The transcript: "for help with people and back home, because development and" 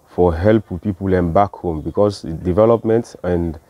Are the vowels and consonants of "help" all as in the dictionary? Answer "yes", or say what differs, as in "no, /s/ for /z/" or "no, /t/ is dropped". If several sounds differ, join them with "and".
yes